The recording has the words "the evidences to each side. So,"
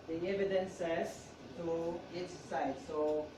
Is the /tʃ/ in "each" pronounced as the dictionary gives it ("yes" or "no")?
no